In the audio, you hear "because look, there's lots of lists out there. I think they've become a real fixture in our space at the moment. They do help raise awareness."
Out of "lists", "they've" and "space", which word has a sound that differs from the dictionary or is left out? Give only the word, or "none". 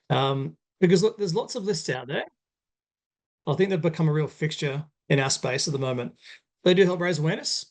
none